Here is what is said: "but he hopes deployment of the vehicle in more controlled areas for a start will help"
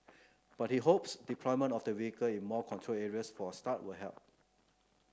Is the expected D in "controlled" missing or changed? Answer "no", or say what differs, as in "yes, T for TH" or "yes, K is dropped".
yes, D is dropped